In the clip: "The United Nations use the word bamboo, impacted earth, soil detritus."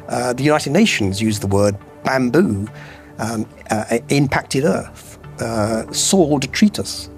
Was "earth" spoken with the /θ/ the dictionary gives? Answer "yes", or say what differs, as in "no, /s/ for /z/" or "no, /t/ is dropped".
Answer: yes